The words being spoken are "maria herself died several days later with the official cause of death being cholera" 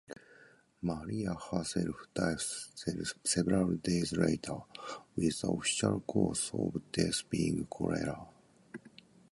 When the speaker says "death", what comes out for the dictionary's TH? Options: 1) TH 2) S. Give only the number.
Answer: 2